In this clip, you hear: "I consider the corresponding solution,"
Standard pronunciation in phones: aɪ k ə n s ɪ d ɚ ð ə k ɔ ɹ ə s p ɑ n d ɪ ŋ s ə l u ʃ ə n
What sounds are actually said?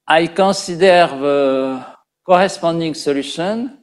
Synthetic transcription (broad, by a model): aɪ k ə s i d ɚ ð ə k ɔ ɹ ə s p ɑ d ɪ ŋ s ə l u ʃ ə n